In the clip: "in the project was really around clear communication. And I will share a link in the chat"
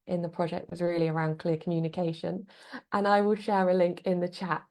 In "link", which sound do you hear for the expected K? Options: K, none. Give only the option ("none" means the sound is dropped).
K